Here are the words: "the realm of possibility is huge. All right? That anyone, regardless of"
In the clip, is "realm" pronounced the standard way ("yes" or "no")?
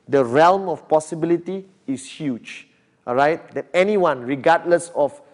yes